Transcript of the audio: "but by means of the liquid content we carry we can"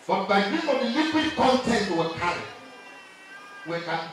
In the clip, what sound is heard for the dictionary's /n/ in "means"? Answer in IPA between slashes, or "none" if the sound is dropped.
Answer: none